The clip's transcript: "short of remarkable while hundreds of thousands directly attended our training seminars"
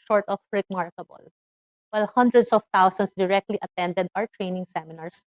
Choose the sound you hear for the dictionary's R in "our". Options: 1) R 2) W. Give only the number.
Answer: 1